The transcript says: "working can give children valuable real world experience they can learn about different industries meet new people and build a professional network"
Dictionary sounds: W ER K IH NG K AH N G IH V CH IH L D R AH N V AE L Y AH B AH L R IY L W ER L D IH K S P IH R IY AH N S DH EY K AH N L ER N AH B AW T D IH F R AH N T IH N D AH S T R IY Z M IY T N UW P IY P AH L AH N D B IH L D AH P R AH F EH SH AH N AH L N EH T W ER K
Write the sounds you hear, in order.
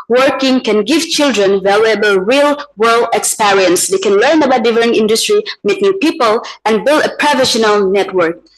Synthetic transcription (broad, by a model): W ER K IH NG K AH N G IH V CH IH L D R AH N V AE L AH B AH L R IY L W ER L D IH K S P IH R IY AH N S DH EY K AH N L ER N AH B AW T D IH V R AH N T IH N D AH S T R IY M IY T N UW P IY P AH L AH N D B IH L D AH P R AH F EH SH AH N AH L N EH T W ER K